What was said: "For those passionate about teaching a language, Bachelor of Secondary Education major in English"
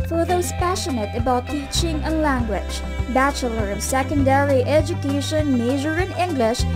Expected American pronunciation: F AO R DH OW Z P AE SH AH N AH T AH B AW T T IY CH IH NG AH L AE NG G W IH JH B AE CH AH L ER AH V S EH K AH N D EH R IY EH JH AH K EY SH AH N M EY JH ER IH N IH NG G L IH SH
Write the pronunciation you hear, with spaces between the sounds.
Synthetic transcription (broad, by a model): F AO R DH OW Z P AE SH AH N AH T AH B AW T T IY CH IH NG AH L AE NG G W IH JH B AE CH AH L ER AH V S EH K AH N D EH R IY EH JH AH K EY SH AH N M EY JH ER IH N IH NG G L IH SH